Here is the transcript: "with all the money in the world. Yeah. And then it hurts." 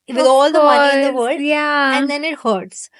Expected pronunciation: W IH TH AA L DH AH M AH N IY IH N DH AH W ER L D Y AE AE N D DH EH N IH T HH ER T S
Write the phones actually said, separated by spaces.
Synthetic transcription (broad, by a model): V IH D AA L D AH M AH IY IH N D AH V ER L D Y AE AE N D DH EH N IH T HH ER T S